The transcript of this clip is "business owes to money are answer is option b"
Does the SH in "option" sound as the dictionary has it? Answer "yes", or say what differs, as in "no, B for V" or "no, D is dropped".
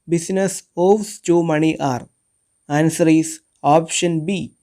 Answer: yes